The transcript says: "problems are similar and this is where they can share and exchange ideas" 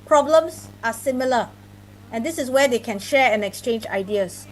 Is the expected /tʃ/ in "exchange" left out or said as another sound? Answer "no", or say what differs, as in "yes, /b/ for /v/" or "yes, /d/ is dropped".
no